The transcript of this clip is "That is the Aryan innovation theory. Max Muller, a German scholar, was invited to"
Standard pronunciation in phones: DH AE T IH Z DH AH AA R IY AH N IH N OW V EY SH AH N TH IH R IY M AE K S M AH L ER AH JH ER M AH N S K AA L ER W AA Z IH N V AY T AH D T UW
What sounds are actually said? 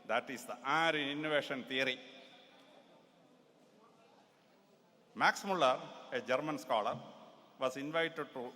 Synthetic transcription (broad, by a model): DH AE T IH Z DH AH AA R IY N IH N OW V EY SH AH N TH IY R IY M AE K S M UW L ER AH JH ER M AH N S K AA L ER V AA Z IH N V AY T AH D T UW